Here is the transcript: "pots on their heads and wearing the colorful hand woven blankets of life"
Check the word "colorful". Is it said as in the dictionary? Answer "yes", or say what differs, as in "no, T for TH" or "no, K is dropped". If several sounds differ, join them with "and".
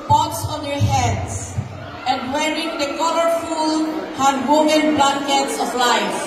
yes